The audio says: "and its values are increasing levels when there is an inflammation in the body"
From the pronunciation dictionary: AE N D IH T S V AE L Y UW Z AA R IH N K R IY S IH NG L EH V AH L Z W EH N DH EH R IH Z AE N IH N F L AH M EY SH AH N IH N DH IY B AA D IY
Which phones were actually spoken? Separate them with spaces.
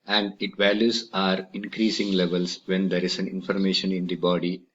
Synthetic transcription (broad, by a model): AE N D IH T V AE L Y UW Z AA R IH N K R IY S IH NG L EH V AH L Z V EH N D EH R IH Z AE N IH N F AH M EY SH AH N IH N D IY B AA D IY